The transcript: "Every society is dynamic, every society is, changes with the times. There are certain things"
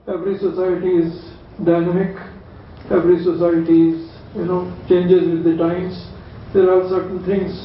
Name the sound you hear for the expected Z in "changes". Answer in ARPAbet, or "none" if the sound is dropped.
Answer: Z